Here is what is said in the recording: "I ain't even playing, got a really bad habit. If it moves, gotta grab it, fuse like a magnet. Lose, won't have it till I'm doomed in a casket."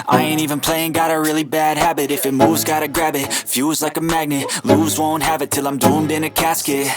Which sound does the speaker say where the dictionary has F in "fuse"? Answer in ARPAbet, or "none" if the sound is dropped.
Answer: F